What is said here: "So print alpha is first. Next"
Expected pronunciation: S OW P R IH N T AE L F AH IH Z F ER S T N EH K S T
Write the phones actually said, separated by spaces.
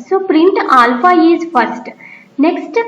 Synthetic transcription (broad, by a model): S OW P R IH N T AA L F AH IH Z F ER S T N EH K S T